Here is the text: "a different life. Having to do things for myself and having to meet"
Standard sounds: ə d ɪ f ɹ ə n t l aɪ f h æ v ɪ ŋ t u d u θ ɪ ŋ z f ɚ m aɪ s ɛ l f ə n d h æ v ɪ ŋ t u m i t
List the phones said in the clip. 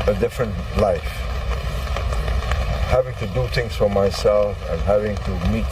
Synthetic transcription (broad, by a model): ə d ɪ f ɹ ə n t l aɪ f h æ v ɪ ŋ t u d u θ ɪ ŋ s f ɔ m aɪ s ɛ l f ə n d h æ v ɪ ŋ t u m i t